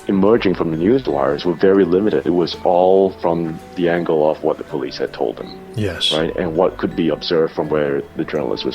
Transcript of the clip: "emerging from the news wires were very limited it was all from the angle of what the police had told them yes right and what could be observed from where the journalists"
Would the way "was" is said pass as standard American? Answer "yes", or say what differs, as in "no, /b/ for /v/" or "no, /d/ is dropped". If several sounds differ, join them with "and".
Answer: yes